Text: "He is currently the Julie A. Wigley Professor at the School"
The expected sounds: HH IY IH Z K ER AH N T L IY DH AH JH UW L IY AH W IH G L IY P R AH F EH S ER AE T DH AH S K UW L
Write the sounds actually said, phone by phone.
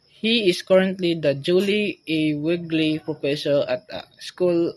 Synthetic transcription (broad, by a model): HH IY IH S K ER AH N T L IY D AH JH UW L IY AH W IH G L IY P R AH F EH S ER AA T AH S K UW L